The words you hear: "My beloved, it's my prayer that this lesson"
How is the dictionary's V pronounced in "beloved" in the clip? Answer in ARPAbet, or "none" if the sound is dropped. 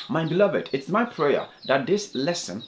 V